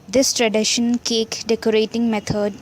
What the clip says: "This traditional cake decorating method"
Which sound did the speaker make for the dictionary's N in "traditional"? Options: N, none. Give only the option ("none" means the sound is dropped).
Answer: none